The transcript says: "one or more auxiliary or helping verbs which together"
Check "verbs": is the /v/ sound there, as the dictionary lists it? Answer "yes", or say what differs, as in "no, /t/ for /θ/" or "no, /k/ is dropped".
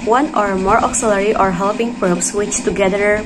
no, /p/ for /v/